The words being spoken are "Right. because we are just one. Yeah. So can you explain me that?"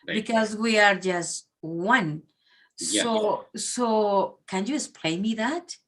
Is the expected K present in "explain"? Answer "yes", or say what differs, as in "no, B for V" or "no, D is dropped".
no, K is dropped